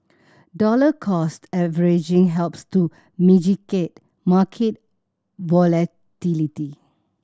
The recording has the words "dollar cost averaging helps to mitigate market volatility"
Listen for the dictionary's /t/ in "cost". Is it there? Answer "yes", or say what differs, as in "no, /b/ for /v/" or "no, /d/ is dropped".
yes